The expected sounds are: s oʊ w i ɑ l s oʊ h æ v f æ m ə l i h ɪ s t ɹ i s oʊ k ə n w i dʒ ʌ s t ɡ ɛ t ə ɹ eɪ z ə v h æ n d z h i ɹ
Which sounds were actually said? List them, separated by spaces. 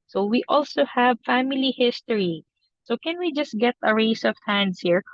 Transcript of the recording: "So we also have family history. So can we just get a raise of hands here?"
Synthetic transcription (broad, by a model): s oʊ w i ɑ l s oʊ h æ v f æ m ə l i h ɪ s t ɹ i s oʊ k ə n w i dʒ ʌ s t ɡ ɛ t ə ɹ eɪ s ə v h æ n d s h i ɹ